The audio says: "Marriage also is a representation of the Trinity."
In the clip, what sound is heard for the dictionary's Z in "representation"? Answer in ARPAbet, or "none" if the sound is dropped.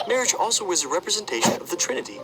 Z